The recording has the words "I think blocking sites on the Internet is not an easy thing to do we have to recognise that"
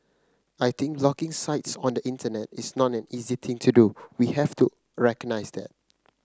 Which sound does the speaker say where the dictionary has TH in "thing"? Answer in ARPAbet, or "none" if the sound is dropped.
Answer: T